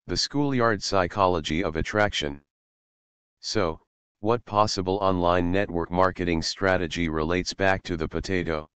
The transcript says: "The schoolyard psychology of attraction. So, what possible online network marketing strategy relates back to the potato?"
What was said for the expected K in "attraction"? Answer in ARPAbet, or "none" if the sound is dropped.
K